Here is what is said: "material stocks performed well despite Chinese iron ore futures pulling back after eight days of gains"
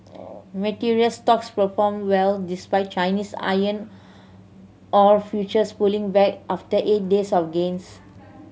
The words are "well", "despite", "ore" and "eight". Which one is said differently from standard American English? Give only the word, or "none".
none